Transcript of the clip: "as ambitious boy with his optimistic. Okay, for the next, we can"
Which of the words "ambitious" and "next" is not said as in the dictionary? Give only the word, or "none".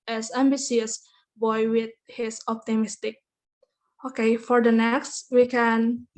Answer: ambitious